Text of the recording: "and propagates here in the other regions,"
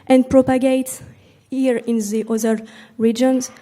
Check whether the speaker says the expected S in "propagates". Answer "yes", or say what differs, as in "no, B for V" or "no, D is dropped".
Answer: no, S is dropped